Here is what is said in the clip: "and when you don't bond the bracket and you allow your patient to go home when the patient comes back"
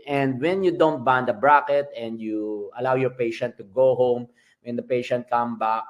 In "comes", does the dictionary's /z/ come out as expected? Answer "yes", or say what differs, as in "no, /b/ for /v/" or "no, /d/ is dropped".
no, /z/ is dropped